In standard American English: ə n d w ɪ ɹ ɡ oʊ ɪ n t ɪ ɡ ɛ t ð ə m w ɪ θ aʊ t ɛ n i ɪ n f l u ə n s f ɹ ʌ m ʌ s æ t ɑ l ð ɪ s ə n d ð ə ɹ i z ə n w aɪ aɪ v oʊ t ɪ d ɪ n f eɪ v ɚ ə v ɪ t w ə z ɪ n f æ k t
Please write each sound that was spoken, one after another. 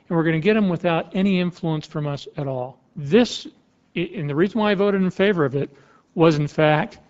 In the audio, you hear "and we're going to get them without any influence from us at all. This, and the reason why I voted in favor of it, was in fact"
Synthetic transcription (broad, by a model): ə n w ɪ ɹ ɡ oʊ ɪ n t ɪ ɡ ɛ t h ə m w ɪ θ aʊ t ɛ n i ɪ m f l u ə n s f ɹ ʌ m ʌ s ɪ t ɑ l ð ɪ s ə n ð ə ɹ i z ə n w aɪ aɪ v oʊ t ɪ d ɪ n f eɪ v ɚ ə v ɪ t w ə z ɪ n f æ k t